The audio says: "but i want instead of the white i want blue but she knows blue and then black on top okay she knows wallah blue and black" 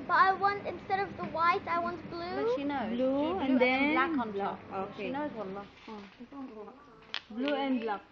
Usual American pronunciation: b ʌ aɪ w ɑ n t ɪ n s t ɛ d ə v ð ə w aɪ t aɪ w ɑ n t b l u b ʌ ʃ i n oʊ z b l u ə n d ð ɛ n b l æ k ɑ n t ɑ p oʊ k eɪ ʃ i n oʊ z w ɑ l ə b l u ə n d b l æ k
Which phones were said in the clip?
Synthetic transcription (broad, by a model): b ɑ aɪ w ɑ n t ɪ n s t ɛ d ə v ð ə w aɪ t aɪ w ɑ n t b l u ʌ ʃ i n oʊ b l u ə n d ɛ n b l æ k ɑ n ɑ oʊ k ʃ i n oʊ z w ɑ l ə b l u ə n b l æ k